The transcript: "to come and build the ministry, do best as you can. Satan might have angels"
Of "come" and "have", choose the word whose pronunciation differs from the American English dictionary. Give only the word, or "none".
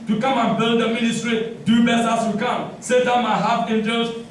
have